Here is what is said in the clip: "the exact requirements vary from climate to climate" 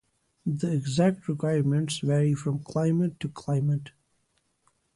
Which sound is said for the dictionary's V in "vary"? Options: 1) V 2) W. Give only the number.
1